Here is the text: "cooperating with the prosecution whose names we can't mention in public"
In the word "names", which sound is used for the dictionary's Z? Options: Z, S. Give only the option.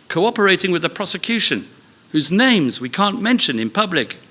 Z